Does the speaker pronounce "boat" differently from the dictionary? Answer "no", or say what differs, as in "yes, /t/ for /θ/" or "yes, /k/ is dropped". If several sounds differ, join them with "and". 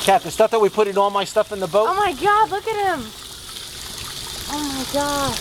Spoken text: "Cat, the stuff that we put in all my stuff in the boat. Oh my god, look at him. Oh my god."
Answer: yes, /t/ is dropped